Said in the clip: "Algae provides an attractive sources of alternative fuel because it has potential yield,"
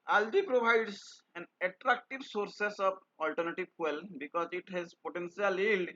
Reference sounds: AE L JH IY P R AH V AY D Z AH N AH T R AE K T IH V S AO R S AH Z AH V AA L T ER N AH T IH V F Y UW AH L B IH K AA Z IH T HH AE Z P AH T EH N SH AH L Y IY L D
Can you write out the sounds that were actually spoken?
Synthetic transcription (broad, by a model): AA L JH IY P R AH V AY D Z AH N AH T R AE K T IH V S AO R S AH S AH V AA L T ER N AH T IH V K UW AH L B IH K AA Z IH T HH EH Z P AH T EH N S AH L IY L D